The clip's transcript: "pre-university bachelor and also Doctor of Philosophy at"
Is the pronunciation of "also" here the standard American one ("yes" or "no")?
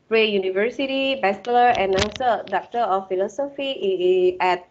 no